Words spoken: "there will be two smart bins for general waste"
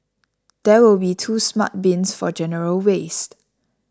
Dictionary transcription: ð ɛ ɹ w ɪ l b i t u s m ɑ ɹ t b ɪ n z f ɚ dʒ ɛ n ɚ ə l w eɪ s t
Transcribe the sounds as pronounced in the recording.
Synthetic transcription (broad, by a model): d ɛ w ɪ l b i t u s m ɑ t b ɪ n s f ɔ dʒ ɛ n ɚ ə l w eɪ s t